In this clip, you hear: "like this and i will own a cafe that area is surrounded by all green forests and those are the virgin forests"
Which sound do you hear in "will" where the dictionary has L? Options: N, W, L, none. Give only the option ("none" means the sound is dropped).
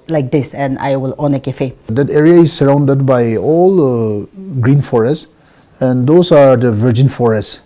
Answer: L